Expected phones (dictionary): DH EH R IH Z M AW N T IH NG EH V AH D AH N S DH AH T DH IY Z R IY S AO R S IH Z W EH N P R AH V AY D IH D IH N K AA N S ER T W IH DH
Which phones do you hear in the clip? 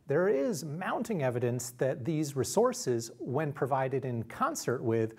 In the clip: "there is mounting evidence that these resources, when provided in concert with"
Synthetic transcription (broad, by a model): DH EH R IH Z M AW N T IH NG EH V AH D AH N S DH AH T DH IY Z R IY S AO R S IH Z W EH N P R AH V AY D IH D IH N K AA N S ER T W IH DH